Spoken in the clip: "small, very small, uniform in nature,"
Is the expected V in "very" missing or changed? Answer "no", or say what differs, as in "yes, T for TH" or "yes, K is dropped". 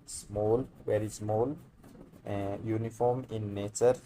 yes, W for V